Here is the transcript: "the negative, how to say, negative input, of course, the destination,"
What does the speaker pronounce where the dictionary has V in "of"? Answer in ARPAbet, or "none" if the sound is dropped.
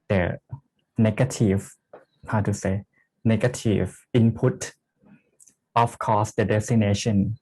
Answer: F